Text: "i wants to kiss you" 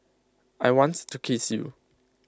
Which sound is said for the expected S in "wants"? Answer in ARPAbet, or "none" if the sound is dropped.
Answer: none